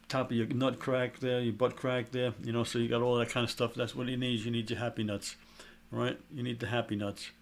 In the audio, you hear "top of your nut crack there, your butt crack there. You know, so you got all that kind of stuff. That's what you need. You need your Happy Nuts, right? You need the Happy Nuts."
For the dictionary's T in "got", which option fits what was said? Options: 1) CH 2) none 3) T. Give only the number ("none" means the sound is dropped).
3